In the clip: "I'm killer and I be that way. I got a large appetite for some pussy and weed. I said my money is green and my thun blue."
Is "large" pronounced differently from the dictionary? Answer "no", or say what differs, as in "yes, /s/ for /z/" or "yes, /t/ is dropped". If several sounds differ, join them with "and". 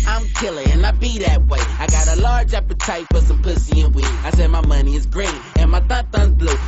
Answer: no